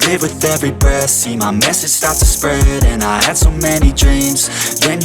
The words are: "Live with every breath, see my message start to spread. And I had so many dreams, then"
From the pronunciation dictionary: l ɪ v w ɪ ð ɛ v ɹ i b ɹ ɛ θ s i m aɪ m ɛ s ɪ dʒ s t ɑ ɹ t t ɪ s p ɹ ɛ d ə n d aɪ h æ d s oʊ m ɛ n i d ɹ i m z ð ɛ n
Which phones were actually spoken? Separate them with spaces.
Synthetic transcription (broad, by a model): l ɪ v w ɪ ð ɛ v ɹ i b ɛ s i m aɪ m ɛ s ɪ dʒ s t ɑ ɹ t t ɪ s p ɹ ɛ d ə n aɪ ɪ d s oʊ m ɛ n i d ɹ i m z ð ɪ n